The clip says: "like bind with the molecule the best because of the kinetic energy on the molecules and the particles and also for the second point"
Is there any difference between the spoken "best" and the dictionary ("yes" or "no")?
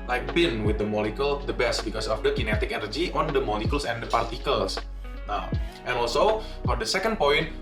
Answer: no